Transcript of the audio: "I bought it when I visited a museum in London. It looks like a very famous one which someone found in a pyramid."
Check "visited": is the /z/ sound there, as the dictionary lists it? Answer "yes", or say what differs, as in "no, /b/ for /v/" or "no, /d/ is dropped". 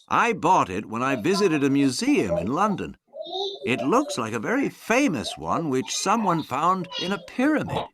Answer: yes